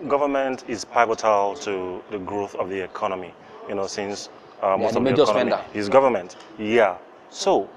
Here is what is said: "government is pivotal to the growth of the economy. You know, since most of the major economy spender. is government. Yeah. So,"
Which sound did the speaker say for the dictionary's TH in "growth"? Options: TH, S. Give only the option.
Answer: TH